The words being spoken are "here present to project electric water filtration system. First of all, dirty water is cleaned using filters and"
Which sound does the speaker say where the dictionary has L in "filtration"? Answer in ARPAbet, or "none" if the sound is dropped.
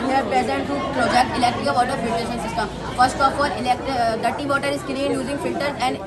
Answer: none